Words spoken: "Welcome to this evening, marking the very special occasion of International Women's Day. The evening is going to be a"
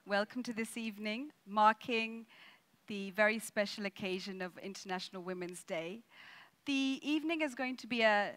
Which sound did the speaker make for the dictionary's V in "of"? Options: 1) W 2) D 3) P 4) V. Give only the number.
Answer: 4